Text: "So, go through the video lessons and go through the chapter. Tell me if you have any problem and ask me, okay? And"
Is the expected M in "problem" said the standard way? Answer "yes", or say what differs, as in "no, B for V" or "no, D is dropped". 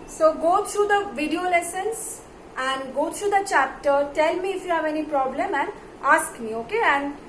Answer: yes